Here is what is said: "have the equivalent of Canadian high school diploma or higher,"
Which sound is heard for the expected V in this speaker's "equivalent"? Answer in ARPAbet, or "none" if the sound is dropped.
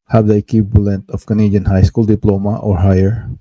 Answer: B